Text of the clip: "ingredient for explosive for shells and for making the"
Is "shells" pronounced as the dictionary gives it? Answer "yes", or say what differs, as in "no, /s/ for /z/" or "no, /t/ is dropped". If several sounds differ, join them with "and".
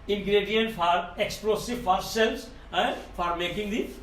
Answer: no, /s/ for /ʃ/